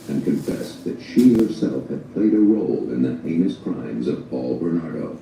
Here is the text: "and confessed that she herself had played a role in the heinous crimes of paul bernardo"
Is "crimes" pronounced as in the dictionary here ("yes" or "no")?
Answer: yes